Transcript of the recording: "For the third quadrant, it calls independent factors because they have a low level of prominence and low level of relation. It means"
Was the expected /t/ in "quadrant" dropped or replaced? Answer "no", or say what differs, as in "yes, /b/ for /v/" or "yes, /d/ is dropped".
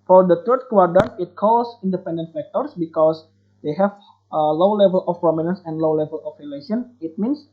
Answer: yes, /t/ is dropped